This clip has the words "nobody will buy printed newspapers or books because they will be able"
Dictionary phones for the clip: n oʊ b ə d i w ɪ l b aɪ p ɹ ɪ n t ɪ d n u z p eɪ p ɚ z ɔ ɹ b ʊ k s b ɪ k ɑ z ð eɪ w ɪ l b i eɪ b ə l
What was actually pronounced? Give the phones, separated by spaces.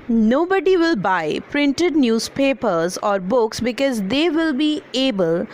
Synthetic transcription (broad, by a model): n oʊ b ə d i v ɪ l b aɪ p ɹ ɪ n t ɪ d n u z p eɪ p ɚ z ɔ ɹ b ʊ k s b ɪ k ɑ z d eɪ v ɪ l b i eɪ b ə l